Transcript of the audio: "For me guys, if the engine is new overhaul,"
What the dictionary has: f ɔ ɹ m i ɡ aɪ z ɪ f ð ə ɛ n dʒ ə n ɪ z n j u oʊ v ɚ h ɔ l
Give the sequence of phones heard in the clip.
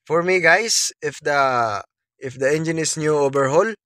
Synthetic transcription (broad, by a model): f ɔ ɹ m i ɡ aɪ s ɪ f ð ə ɛ n dʒ ə n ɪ s n j u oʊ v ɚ h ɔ l